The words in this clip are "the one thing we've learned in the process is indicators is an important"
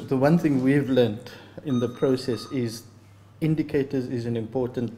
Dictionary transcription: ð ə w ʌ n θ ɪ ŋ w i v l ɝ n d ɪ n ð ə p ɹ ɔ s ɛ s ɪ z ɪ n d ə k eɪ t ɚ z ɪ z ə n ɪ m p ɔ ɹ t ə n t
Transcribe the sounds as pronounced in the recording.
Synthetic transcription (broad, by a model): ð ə w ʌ n θ ɪ ŋ w i v l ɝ n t ɪ n ð ə p ɹ ɔ s ɛ s ɪ z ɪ n d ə k eɪ t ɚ z ɪ z ə n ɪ m p ɔ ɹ t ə n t